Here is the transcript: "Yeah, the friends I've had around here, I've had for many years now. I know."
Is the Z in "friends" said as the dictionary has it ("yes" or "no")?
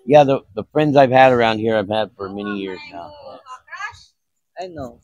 yes